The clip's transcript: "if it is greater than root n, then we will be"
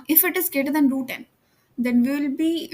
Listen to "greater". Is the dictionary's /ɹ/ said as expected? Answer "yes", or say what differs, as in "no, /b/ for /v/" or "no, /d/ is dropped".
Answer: no, /ɹ/ is dropped